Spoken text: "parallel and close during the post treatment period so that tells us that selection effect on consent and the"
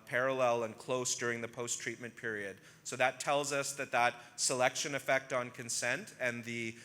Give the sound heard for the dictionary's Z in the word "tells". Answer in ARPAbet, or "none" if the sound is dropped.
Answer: Z